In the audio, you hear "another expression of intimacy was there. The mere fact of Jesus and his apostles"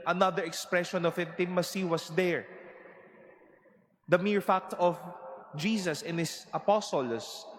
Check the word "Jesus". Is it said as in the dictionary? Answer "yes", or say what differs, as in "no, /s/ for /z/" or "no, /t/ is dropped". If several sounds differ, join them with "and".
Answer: no, /s/ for /z/